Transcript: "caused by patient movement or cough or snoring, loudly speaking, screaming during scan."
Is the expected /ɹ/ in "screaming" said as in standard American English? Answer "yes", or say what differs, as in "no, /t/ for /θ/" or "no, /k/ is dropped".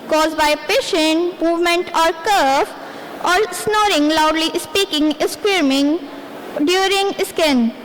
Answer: no, /w/ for /ɹ/